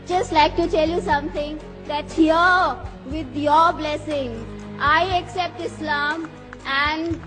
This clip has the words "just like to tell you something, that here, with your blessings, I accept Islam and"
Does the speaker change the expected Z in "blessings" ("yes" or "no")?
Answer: yes